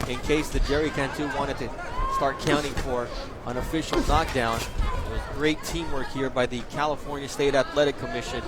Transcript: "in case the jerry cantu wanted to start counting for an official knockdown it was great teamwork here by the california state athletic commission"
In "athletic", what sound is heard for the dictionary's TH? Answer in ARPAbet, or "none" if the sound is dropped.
T